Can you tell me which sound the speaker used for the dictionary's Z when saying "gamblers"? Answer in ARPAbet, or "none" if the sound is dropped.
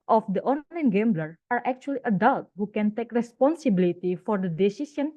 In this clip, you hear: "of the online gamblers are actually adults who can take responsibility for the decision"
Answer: none